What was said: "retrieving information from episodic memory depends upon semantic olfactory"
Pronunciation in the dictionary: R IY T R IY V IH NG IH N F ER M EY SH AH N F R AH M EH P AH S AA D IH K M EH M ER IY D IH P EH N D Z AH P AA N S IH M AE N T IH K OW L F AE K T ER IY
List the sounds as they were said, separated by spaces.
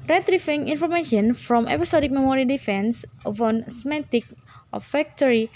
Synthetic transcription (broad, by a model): R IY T R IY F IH NG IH N F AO M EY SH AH N F R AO M EH P AH S AA D IH K M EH M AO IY D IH F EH N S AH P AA N S M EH T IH K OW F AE K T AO IY